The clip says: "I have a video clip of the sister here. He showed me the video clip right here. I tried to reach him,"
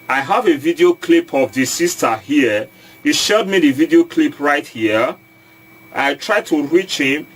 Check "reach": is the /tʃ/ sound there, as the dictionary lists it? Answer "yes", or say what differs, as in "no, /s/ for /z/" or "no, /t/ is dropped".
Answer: yes